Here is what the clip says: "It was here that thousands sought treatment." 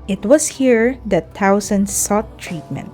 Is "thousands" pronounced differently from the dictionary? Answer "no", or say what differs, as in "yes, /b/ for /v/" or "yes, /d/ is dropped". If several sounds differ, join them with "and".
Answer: yes, /t/ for /θ/